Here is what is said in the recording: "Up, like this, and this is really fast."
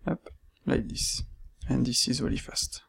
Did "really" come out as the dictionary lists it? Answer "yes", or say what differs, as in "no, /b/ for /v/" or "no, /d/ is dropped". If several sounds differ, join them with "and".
no, /w/ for /ɹ/